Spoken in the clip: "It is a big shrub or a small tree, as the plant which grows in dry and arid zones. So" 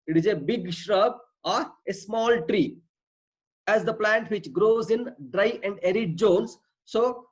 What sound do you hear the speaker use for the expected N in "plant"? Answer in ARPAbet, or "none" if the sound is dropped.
N